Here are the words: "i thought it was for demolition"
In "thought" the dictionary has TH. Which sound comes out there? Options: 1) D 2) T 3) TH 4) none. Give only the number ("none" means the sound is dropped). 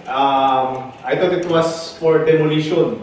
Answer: 2